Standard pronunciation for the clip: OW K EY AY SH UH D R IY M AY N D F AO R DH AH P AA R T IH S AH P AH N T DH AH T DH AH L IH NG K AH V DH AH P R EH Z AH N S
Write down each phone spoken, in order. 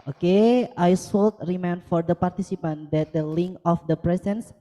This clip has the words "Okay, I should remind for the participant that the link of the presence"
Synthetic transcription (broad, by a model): OW K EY AY S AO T R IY M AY N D F AO R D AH P AA R T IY S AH P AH N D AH T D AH L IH NG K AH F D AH P R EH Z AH N S